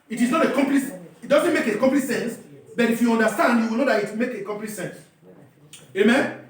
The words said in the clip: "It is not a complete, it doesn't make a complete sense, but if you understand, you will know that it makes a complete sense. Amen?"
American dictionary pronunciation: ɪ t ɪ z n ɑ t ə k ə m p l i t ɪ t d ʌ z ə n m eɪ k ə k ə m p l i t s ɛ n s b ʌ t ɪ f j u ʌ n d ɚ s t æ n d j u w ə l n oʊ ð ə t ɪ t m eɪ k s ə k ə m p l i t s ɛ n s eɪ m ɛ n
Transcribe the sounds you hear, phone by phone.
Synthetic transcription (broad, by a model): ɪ t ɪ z n ɑ t ə k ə m p l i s ɪ t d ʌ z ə n m eɪ k ə k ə m p l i s ɛ n s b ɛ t ɪ f j u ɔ n d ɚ s t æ n d j u w ə l n oʊ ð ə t ɪ t m eɪ k ə k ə m p l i s ɛ n s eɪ m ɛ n